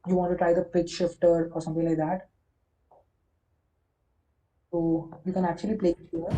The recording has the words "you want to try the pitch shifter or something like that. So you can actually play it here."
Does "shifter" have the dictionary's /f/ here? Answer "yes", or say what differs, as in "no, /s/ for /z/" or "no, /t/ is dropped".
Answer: yes